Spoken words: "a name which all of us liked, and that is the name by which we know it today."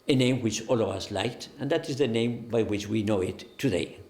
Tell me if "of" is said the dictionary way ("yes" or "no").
yes